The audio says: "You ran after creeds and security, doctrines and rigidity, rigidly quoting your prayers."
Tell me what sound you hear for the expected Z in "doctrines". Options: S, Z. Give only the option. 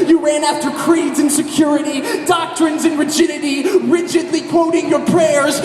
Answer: Z